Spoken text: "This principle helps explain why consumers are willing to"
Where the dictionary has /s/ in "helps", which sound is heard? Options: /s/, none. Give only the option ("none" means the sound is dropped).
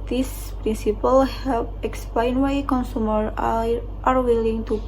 none